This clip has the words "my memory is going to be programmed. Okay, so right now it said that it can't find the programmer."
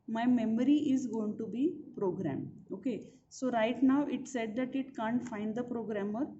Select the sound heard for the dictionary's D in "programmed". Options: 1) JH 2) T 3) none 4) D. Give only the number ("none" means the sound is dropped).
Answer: 3